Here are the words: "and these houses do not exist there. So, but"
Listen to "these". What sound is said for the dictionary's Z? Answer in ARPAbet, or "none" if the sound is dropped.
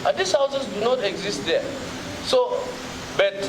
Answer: S